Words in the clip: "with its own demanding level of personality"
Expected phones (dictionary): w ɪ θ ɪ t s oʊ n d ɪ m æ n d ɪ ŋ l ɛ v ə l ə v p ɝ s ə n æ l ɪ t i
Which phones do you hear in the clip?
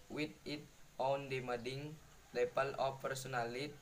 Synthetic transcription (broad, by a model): w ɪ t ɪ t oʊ n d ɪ m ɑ d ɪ ŋ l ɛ p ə l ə f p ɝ s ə n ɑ l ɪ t